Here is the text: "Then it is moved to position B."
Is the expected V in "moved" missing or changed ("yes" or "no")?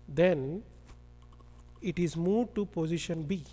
yes